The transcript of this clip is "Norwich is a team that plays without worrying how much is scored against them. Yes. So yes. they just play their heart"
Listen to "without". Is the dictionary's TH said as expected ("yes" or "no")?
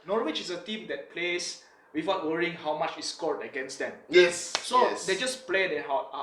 no